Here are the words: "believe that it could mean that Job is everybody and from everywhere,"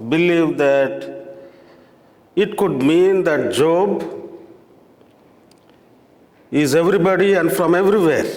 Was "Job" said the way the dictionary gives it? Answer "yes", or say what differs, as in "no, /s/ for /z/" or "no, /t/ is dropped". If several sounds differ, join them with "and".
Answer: yes